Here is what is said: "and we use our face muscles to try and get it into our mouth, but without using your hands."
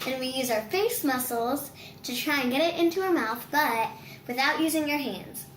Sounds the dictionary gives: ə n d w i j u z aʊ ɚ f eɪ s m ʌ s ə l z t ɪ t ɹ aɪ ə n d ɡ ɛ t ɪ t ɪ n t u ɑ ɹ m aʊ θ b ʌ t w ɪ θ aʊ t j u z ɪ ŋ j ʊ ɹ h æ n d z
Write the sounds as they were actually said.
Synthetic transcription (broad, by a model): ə n w i j u z aʊ ɚ f eɪ s m ʌ s l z t ɪ t ɹ aɪ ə n ɡ ɛ t ɪ t ɪ n t u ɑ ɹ m aʊ θ b ʌ t w ɪ θ aʊ t j u z ɪ ŋ j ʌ ɹ h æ n d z